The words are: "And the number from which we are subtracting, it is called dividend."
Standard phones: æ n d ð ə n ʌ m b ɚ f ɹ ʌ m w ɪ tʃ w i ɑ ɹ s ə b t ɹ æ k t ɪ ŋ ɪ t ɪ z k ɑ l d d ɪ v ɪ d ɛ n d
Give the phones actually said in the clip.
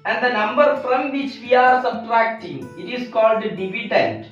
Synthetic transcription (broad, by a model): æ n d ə n ʌ m b ɚ f ɹ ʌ m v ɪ tʃ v i ɑ ɹ s ə b t ɹ æ k t ɪ ŋ ɪ t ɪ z k ɑ l d d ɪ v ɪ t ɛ n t